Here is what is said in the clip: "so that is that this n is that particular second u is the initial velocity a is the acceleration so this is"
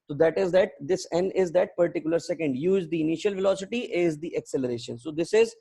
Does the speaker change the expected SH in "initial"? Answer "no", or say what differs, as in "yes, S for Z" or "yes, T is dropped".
no